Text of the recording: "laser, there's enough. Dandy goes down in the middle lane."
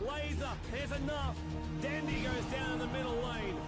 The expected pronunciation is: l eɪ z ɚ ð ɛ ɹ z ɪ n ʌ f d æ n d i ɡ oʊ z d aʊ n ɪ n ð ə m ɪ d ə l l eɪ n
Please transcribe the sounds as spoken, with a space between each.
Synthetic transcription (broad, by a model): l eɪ z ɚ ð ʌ ɹ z ɪ n ʌ f d æ n d i ɡ oʊ z d aʊ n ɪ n ð ə m ɪ d l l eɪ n